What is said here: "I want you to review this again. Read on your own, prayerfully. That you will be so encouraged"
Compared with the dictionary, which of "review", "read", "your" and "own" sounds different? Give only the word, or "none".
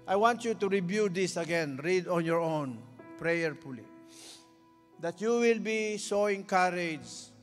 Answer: review